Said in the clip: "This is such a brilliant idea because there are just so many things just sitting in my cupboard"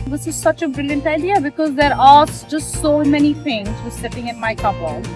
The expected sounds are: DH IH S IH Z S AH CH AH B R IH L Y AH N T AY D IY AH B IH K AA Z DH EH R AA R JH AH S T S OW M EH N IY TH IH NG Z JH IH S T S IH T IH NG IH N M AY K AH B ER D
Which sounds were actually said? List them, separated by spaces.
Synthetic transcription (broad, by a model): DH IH S IH Z S AH CH AH B R IH L Y AH N T AY D IY AH B IH K AA Z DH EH R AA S JH AH S T S OW M EH N IY F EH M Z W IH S S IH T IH NG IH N M AY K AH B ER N